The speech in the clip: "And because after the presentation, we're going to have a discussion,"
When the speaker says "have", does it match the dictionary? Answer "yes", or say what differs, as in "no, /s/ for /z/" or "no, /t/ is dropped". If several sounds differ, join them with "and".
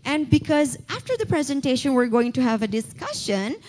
yes